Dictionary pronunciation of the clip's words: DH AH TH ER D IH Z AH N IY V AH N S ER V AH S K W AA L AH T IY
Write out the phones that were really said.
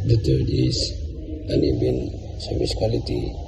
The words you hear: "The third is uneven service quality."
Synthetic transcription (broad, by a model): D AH T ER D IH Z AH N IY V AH N S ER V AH S K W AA L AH T IY